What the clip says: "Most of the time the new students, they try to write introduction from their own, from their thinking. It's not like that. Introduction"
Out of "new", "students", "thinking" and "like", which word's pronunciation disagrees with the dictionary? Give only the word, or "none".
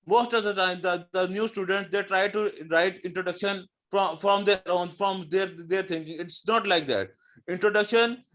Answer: thinking